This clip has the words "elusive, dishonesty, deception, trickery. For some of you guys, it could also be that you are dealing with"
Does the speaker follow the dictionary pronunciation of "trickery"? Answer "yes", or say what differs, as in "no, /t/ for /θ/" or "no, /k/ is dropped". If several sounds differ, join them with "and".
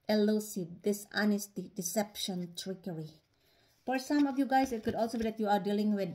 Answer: yes